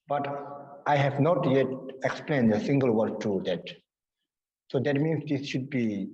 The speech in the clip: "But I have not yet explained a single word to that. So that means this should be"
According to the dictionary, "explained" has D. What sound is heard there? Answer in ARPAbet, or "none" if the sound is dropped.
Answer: D